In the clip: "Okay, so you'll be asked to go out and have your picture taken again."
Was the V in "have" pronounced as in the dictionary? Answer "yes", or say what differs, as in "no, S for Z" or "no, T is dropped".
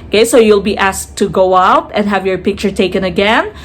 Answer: yes